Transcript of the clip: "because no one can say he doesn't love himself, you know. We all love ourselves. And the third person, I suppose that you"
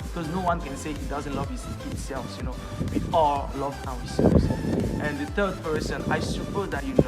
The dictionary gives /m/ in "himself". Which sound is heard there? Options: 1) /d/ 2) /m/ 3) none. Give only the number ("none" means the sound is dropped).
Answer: 3